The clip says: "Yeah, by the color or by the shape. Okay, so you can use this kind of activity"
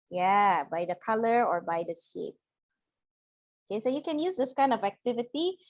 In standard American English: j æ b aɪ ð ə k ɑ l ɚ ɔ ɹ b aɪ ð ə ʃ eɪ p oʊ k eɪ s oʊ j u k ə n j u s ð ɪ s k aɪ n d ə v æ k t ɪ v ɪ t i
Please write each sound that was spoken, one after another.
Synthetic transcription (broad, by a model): j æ b aɪ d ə k ɑ l ɚ ɔ ɹ b aɪ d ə ʃ eɪ p oʊ k eɪ s oʊ j u k ə n j u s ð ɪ s k aɪ n d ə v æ k t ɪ v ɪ t i